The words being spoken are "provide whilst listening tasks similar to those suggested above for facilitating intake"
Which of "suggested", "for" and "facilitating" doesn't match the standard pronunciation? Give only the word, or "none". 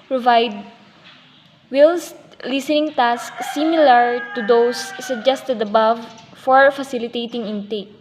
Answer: none